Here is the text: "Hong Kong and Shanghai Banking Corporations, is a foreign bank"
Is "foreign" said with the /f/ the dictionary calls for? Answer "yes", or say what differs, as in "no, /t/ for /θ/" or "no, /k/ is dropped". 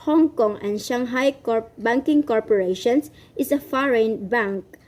yes